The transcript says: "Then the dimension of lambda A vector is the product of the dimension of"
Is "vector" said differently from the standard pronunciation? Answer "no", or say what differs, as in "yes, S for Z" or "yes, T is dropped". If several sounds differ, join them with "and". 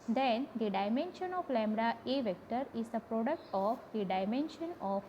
no